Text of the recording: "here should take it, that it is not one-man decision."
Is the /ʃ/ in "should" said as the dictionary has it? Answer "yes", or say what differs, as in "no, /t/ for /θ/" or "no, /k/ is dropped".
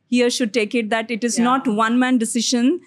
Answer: yes